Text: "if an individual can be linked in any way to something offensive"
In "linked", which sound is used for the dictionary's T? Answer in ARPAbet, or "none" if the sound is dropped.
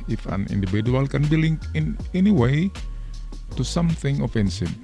none